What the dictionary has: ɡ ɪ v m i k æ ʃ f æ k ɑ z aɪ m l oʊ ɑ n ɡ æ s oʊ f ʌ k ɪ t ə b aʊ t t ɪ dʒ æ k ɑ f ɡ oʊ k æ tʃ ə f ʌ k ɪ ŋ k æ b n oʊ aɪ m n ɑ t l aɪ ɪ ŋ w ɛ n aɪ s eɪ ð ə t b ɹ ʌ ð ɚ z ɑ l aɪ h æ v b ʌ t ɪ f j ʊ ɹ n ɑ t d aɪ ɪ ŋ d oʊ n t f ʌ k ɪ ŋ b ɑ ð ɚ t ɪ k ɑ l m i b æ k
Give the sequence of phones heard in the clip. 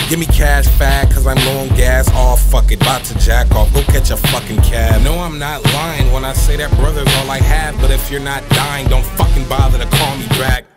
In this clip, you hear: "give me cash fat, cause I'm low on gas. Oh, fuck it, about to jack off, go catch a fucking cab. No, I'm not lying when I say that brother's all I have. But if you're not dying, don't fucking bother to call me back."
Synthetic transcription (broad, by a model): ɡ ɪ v m i k æ ʃ f æ k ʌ z aɪ m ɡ oʊ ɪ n ɡ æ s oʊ f ʌ k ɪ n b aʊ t t ɪ dʒ æ k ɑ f ɡ oʊ k æ tʃ ə f ʌ k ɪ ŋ k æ n oʊ aɪ m n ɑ t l aɪ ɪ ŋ w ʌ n aɪ s eɪ ð ə t b ɹ ʌ ð ɚ z ɑ l aɪ h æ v b ʌ t ɪ f j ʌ ɹ n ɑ t d aɪ ɪ ŋ d oʊ n t f ʌ k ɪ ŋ b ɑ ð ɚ t ɪ k ɑ l m i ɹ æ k